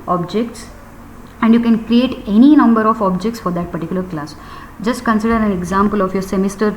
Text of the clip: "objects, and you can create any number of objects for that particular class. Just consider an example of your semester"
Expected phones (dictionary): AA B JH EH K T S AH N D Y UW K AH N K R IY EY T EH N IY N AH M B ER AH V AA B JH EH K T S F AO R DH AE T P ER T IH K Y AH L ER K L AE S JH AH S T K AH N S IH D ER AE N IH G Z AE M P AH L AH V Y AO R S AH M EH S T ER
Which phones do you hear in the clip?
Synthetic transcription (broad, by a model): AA B JH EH K T S AH N D Y UW K AH N K R IY EY T EH N IY N AH M B ER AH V AA B JH EH K T S F AO R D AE T P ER T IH K Y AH L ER K L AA S JH AH S T K AH N S IH D ER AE N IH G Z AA M P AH L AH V Y AO R S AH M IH S T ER